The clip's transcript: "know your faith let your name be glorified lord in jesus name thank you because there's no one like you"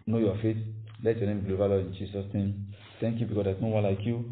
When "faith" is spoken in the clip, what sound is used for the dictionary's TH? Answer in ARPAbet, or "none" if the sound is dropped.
T